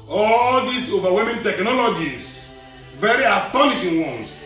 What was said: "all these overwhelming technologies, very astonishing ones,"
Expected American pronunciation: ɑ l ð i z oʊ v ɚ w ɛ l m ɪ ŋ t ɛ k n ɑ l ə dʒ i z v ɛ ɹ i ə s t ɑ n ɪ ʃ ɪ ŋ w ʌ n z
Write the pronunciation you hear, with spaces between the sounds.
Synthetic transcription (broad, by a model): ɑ l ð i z oʊ v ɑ w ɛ m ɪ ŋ t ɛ k n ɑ l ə dʒ i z v ɛ ɹ i ə s t ɑ n ɪ ʃ ɪ ŋ w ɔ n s